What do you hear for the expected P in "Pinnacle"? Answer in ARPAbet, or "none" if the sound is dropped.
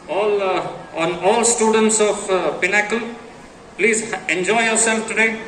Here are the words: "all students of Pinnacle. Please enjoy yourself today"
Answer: P